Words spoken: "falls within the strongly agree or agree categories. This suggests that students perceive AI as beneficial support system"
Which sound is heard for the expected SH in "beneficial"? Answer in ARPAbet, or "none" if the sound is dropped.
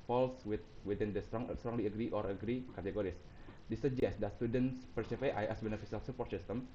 S